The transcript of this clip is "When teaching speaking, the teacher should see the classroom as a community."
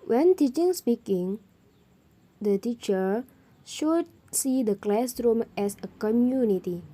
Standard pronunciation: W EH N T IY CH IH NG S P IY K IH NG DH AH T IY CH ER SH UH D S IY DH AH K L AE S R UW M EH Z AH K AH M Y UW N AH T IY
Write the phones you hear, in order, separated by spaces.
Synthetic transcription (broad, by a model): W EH N T IY CH IH NG S P IY K IH NG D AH T IY CH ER SH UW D S IY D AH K L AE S R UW M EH S AH K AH M Y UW N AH T IY